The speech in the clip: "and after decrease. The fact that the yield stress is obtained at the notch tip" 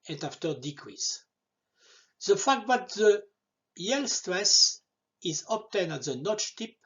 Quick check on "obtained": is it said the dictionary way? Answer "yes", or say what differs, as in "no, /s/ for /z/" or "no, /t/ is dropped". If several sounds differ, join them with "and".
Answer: no, /d/ is dropped